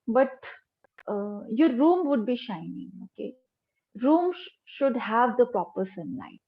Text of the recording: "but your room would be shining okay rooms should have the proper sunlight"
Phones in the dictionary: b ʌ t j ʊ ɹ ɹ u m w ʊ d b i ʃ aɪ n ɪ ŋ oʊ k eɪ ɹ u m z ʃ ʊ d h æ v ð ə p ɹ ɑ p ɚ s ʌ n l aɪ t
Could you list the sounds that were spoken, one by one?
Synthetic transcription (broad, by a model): b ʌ t j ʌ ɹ ɹ u m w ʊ d b i ʃ aɪ n ɪ ŋ oʊ k eɪ ɹ u m ʃ ʊ d h æ v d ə p ɹ ɑ p ɚ s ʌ n l aɪ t